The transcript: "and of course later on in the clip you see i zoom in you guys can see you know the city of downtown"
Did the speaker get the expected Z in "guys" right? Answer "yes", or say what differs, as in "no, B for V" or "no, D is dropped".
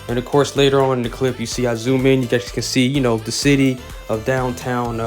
no, S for Z